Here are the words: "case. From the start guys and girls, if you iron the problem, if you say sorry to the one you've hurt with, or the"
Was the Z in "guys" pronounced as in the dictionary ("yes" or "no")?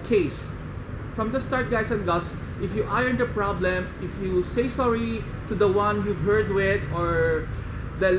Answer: no